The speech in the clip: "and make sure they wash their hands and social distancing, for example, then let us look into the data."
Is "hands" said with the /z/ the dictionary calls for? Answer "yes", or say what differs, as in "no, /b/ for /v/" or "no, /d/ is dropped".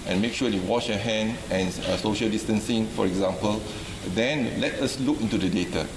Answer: no, /z/ is dropped